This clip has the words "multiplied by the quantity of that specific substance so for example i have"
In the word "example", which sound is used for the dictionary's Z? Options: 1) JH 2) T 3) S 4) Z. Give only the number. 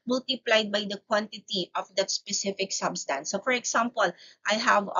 3